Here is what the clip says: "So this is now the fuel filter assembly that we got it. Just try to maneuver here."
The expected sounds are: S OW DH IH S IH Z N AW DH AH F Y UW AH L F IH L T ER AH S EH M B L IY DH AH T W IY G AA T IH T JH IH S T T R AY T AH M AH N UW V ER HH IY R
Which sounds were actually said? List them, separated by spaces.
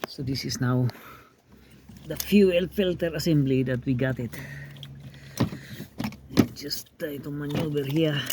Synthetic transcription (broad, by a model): S OW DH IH S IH S N AW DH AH F Y UW AH L F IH L T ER AH S EH M B L IY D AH T W IY G AA T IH T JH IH S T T AY T AH M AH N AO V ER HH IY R